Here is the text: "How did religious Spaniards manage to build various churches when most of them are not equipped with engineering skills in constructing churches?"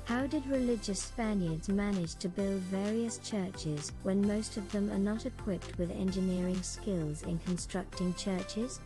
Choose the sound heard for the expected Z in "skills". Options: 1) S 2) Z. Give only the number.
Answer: 2